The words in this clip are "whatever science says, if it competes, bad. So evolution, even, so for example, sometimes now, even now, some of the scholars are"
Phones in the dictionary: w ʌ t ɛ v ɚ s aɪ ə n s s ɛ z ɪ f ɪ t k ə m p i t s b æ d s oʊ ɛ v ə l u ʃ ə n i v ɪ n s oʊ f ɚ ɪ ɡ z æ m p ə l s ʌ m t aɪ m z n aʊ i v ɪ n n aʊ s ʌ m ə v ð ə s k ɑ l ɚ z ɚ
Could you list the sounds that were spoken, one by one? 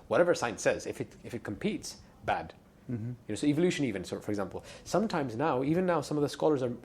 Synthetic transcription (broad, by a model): w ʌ t ɛ v ɚ s aɪ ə n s s ɛ z ɪ f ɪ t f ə m p i t s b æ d s oʊ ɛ v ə l u ʃ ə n i v ɪ n s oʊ f ɚ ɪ ɡ z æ m p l s ʌ m t aɪ m z n aʊ i v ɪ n n aʊ s ʌ m ə v ð ə s k ɑ l ɚ z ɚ